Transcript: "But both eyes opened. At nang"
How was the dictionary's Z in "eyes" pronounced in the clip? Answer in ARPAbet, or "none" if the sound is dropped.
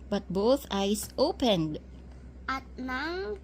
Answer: S